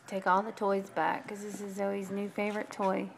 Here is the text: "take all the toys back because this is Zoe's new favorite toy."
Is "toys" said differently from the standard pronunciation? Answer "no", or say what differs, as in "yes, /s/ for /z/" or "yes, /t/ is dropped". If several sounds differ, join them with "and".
no